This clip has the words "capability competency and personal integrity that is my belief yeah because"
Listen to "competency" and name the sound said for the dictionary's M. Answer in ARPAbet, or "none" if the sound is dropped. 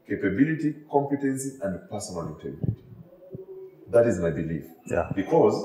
M